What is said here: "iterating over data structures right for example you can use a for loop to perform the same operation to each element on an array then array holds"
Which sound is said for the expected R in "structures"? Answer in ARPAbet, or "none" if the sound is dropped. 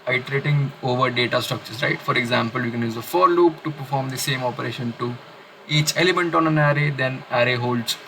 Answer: none